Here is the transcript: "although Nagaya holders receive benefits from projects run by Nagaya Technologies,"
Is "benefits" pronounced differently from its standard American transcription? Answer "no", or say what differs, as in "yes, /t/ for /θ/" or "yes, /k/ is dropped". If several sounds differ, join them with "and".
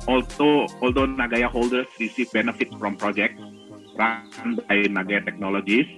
yes, /s/ is dropped